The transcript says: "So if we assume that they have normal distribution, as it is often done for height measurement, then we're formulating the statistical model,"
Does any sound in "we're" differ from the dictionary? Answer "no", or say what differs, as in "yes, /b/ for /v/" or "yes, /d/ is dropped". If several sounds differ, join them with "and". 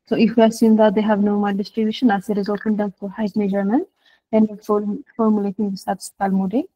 yes, /l/ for /ɹ/